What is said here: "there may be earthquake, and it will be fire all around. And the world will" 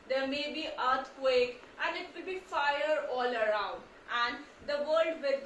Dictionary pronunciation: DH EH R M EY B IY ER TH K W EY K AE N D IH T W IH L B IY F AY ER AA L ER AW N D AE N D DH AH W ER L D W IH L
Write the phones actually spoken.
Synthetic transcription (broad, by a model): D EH R M EY B IY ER T K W EY K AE N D IH T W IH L B IY F AY ER AA L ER AW N D AE N D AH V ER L D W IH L